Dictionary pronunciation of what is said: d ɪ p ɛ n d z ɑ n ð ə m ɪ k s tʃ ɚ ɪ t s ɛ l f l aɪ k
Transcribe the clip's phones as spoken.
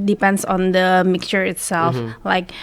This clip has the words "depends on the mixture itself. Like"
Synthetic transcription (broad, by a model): d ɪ p ɛ n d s ɑ n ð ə m ɪ k s tʃ ɚ ɪ t s ɛ l f l aɪ k